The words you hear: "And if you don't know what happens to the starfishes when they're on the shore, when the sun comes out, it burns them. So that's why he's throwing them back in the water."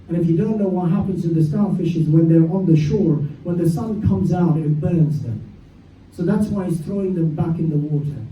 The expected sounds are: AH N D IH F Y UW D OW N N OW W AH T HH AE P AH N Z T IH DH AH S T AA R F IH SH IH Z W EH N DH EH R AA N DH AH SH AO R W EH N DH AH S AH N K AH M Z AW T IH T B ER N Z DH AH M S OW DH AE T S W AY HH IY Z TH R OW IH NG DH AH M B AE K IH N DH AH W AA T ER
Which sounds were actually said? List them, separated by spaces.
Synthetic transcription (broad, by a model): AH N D IH F Y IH D OW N N OW W AH T HH AE P AH N Z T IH DH AH S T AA F IH SH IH Z W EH N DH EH R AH N DH AH SH AO R W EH N DH AH S AH N K AH M Z AW T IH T B ER N Z DH AH M S OW DH AE T S W AY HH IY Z TH R OW IH NG DH AH M B AE K IH N DH AH W AA T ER